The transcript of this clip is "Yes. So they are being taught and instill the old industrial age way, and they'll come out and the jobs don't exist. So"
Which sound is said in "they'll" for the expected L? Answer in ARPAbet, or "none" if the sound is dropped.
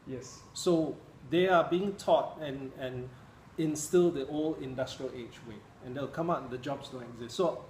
W